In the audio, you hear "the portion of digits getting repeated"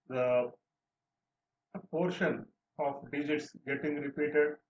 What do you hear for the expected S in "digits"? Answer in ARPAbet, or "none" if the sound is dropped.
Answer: S